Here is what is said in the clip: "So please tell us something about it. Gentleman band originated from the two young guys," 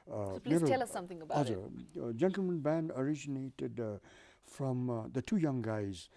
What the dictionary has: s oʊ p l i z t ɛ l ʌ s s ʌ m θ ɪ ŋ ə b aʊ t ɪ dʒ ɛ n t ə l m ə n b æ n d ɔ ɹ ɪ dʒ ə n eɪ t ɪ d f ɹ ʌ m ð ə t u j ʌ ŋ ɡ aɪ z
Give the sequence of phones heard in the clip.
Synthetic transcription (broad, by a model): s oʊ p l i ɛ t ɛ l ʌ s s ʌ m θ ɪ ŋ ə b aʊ ɪ dʒ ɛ n t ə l m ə n b æ n d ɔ ɹ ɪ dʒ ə n eɪ t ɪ d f ɹ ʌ m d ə t u j ʌ ŋ ɡ aɪ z